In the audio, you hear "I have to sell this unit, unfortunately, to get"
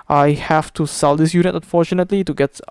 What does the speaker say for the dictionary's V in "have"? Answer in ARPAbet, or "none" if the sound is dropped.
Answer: F